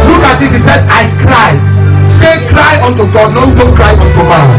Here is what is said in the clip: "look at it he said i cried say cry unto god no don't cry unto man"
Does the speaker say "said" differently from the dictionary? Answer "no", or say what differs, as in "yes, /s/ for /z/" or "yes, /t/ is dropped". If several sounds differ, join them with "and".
no